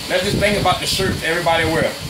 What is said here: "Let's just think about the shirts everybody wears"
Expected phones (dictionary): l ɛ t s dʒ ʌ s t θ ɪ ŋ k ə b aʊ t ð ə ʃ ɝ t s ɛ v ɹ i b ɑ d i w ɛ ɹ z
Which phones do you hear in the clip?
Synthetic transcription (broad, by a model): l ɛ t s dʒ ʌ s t θ ɪ ŋ k ə b aʊ t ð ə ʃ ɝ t ɛ v ɹ i b ɑ d i w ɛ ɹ